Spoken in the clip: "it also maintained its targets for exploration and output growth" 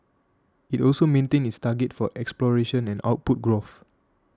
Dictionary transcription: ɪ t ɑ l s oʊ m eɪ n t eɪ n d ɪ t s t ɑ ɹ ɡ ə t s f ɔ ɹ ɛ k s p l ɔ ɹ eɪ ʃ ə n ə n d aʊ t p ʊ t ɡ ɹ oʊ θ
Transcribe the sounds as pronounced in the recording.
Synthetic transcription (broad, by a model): ɪ t ɑ l s oʊ m eɪ n t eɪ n ɪ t s t ɑ ɡ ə t f ɔ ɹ ɛ k s p l ɔ ɹ eɪ ʃ ə n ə n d aʊ t p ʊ t ɡ ɹ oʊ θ